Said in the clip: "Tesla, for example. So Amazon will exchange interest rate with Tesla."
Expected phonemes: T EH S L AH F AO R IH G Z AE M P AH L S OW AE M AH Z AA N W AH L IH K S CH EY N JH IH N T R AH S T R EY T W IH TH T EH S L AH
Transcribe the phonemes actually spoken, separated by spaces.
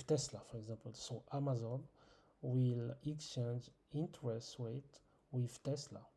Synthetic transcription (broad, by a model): T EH S L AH F AO R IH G Z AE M P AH L S OW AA M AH Z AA N W AH L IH K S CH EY N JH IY N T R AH S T W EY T W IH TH T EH S L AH